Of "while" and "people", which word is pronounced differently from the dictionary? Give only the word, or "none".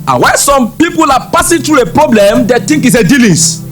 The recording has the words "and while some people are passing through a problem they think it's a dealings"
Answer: while